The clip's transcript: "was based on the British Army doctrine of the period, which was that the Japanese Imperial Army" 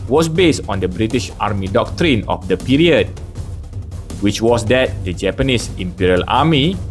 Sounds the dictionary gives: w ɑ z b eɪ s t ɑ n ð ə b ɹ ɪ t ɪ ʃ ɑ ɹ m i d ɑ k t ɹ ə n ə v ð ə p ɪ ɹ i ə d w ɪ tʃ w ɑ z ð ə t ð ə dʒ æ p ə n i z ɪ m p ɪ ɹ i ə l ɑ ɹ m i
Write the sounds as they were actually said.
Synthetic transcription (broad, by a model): w ɑ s b eɪ s t ɑ n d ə b ɹ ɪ t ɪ ʃ ɑ ɹ m i d ɑ k t ɹ ə n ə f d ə p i ɹ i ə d w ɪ tʃ w ɑ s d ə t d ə dʒ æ p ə n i s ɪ m p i ɹ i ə l ɑ m i